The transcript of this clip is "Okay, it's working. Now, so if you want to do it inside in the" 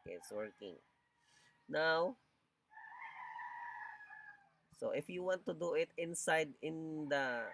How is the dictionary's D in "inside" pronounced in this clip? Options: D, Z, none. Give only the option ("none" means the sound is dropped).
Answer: D